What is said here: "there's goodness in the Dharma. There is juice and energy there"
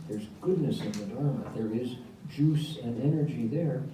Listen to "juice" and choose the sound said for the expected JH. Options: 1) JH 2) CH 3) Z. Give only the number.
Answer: 1